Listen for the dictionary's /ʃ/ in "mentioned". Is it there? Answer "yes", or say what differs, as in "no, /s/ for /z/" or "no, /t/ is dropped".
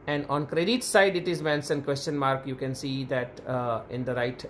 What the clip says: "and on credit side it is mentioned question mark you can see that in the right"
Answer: no, /s/ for /ʃ/